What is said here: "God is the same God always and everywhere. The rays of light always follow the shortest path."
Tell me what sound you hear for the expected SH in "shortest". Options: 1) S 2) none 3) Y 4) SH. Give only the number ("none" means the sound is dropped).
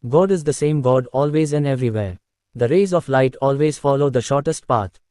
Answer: 4